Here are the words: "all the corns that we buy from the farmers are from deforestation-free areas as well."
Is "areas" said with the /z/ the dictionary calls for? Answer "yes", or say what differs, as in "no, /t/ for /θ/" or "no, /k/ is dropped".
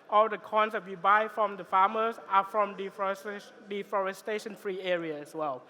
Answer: no, /z/ is dropped